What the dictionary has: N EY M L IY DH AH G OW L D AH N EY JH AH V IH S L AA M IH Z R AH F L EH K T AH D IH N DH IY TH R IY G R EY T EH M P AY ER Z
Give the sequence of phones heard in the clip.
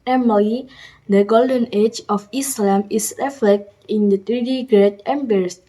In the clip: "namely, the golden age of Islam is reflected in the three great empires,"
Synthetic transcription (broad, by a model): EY M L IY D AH G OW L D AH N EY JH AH F IH S L AA M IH S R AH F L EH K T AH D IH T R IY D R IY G R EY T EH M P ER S